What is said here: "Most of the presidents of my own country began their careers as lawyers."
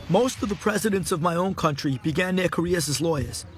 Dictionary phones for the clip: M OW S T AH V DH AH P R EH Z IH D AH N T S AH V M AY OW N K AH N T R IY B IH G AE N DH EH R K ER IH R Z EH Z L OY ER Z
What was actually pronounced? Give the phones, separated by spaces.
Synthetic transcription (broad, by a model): M OW S T AH V DH AH P R EH Z IH D AH N T S AH V M AY OW N K AH N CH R IY B IH G AE N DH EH K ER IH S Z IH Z L OY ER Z